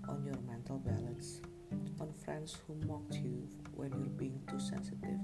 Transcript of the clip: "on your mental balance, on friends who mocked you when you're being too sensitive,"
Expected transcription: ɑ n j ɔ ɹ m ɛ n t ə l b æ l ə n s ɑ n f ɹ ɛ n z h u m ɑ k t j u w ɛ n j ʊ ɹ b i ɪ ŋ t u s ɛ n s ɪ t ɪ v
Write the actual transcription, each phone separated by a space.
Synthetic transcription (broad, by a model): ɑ n j ɔ ɹ m ɛ n t ə l b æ l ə n s ɑ n f ɹ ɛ n s h u m ɑ k t j u w ɛ n j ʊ ɹ b i ɪ ŋ t u s ɛ n s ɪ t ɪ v